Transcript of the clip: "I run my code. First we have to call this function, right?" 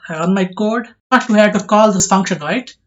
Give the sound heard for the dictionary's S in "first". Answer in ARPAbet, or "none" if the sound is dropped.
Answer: none